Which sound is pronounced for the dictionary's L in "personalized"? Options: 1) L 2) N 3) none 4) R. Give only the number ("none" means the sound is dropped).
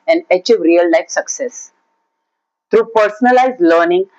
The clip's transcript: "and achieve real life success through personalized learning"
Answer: 1